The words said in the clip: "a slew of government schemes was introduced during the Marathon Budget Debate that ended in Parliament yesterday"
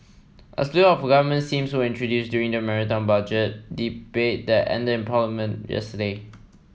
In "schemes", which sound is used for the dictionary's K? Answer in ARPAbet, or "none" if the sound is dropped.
none